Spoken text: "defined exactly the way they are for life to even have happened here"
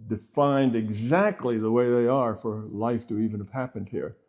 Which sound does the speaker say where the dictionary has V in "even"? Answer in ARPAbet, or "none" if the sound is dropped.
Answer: V